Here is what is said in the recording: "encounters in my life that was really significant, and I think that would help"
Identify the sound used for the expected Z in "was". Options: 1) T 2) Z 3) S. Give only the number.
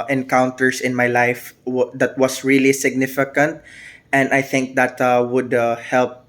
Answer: 3